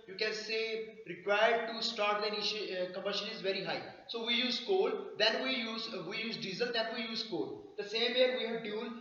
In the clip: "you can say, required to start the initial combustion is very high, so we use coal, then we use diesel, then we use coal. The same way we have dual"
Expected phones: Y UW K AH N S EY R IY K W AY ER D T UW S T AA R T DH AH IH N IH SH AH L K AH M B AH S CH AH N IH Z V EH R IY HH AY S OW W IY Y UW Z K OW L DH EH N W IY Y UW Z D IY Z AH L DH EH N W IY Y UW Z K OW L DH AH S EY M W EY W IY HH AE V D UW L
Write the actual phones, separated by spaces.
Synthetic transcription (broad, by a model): Y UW K AH N S EY R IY K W AY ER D T UW S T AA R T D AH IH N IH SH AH K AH M AH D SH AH L IH Z V EH R IY HH AY S OW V IY Y UW Z K OW L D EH N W IY Y UW Z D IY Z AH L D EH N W IY Y UW Z K OW L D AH S EY M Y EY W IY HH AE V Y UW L